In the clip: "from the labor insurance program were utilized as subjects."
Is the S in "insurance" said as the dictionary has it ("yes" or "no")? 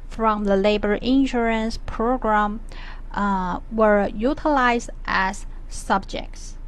yes